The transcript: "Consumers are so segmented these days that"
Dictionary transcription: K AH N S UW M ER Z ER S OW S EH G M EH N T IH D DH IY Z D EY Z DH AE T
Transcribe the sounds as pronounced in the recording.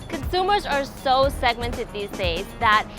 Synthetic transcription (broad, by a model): K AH N S UW M ER Z ER S OW S EH G M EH N T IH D DH IY Z D EY Z DH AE T